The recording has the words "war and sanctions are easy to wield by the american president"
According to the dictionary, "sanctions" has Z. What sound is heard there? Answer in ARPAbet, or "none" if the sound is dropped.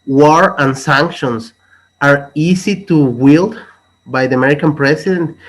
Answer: S